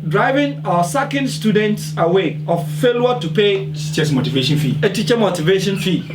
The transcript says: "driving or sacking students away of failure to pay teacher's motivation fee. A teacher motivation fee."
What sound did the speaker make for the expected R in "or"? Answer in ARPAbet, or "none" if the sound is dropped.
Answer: W